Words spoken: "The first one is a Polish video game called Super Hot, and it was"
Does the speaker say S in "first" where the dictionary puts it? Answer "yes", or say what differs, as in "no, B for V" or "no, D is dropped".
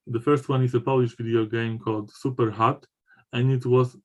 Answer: yes